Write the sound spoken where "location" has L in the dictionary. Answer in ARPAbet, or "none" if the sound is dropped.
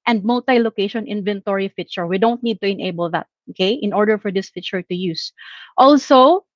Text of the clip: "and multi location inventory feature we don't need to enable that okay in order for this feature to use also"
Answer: L